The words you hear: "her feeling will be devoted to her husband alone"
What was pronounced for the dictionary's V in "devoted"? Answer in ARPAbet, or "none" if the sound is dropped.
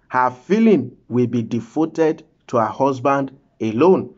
F